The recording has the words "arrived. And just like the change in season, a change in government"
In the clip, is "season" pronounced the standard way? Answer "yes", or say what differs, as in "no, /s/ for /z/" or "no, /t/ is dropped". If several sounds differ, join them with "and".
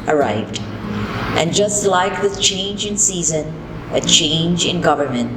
yes